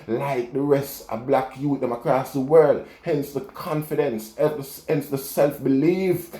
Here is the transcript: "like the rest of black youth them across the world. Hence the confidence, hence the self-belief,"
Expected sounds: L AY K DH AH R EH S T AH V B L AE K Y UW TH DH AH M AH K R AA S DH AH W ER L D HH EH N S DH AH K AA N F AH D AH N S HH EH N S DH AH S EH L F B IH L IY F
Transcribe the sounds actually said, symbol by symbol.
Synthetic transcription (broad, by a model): L AY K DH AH R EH S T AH B L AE K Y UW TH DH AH M AH K R AA S DH AH W ER L D HH EH N S DH AH K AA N F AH D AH N S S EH N S DH AH S EH L F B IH L IY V